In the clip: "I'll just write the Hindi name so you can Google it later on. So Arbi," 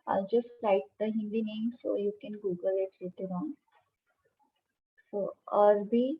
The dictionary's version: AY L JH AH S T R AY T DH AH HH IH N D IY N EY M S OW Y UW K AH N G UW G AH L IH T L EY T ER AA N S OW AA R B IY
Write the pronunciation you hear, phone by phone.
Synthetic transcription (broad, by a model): AY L JH AH S T L AY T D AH HH IH N D IY N EY M S OW Y UW K AH N G UW G AH L IH T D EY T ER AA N S OW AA R B IY